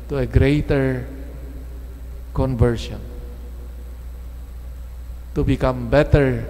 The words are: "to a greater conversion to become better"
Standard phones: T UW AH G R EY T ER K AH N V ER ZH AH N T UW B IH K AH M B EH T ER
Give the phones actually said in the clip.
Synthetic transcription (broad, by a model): T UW AH G R EY T ER K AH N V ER SH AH N T UW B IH K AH M B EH T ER